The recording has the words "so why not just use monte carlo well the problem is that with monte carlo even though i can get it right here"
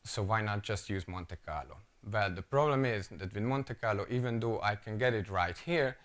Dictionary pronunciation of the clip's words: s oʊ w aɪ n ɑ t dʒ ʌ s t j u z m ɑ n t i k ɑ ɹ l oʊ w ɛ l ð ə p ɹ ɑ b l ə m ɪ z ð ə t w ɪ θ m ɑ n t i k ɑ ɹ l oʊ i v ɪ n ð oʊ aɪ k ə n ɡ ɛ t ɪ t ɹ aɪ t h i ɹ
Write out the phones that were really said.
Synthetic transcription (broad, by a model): s oʊ w aɪ n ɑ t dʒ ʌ s t j u z m ɑ n t i k ɑ ɹ l oʊ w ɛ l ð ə p ɹ ɑ b l ə m ɪ z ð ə t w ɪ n m ɑ n t i k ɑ ɹ l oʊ i v ɪ n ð oʊ aɪ k ə n ɡ ɛ t ɪ t ɹ aɪ t h i ɹ